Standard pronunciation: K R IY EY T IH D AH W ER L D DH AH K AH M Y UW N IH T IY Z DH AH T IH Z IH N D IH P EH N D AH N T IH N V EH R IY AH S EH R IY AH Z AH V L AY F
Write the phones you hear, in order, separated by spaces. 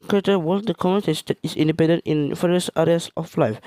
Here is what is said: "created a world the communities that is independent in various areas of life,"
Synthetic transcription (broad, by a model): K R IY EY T AH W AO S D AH K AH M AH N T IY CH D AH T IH S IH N D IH P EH N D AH N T IH N F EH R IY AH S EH R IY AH S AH F L AY F